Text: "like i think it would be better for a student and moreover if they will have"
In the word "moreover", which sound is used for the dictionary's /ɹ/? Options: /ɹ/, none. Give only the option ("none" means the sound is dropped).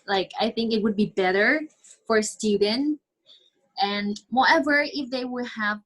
none